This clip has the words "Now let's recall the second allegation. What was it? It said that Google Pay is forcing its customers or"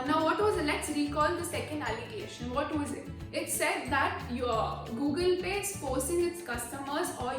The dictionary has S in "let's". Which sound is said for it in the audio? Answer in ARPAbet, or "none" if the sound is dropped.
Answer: S